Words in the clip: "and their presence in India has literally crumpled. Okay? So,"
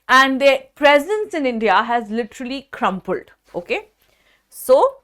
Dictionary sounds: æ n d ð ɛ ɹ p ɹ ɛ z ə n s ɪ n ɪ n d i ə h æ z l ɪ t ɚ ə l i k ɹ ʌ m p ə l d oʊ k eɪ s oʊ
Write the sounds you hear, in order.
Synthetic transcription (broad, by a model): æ n d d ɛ p ɹ ɛ z ə n s ɪ n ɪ n d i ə h æ z l ɪ t ɚ ə l i k ɹ ʌ m p ə l d oʊ k eɪ s oʊ